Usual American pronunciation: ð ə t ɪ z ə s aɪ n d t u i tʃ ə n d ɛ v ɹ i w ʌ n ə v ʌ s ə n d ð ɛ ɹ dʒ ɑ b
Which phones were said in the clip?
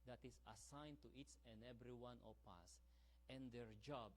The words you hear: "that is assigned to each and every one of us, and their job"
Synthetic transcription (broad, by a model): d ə t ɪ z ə s aɪ n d t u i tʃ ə n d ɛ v ɹ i w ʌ n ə p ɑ s ə n d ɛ ɹ dʒ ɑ b